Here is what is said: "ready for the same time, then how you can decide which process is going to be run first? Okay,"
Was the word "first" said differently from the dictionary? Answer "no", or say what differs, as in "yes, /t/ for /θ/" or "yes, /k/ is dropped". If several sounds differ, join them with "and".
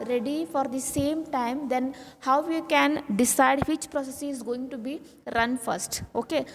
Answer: no